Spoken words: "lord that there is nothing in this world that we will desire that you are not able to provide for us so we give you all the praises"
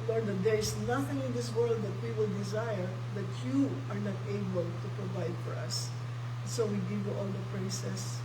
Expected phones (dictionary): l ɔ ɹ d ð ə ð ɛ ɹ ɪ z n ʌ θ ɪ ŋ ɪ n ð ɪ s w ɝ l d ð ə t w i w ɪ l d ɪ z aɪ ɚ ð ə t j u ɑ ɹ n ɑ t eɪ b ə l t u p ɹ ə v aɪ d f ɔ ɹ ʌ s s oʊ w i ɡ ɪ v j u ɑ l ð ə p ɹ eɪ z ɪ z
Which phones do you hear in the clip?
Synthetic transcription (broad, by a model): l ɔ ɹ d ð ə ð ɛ ɹ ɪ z n ʌ θ ɪ ŋ ɪ n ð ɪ s w ɝ l d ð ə t w i w ɪ l d ɪ z aɪ ɚ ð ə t j u ɑ ɹ n ɑ t eɪ b ə l t u p ɹ ə v aɪ d f ɔ ɹ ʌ s s oʊ w i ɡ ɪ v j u ɑ l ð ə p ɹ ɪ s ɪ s